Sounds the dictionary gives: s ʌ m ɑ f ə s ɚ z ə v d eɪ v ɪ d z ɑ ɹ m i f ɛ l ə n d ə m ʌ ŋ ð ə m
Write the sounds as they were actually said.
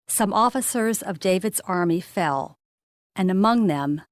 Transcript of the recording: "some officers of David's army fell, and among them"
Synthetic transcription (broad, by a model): s ʌ m ɑ f ə s ɚ z ə v d eɪ v ɪ d z ɑ ɹ m i f ɛ l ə n ə m ʌ ŋ ð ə m